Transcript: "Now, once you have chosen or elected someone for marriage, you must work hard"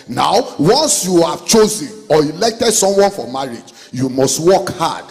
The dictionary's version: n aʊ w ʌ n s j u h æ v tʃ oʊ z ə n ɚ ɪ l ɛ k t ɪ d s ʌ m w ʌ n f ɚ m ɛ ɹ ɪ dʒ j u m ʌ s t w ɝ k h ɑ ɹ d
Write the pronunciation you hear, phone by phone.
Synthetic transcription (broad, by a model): n aʊ w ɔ n s j u h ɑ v tʃ oʊ z ə n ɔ ɪ l ɛ k t ɪ d s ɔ m w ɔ n f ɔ m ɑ ɹ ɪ dʒ j u m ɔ s t w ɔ k h ɑ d